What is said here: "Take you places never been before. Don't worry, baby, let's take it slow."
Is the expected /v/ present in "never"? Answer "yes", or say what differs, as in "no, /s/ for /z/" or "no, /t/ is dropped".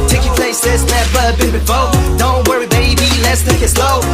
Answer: no, /b/ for /v/